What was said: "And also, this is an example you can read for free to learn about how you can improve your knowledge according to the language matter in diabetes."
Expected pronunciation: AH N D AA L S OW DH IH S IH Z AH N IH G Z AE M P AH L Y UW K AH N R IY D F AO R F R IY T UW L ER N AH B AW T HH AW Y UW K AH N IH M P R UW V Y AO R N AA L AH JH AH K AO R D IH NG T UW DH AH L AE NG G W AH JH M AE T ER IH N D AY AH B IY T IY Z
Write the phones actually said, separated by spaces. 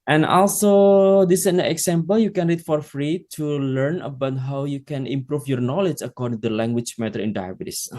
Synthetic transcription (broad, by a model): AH N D AA L S OW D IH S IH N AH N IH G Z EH M P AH L Y UW K AH N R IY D F AO R F R IY T UW L ER N AH B AW T HH AW Y UW K AH N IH M P R UW F Y AO R N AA L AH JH AH K AO R D IH NG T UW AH L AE NG G W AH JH M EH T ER IH N D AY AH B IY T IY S